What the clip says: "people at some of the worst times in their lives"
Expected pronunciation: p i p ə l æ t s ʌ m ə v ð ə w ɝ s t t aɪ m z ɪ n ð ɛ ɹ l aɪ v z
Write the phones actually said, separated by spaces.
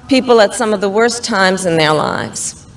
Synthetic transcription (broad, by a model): p i p l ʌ t s ʌ m ə v ð ə w ɝ s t t aɪ m z ɪ n ð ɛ ɹ l aɪ v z